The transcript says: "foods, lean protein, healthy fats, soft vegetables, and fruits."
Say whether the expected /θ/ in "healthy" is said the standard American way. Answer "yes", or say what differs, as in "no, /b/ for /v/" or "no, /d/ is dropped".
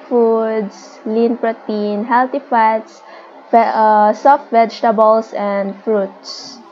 no, /t/ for /θ/